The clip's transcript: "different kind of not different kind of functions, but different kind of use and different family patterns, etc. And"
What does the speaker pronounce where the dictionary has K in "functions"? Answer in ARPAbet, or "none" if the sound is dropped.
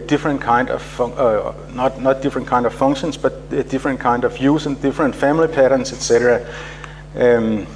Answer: none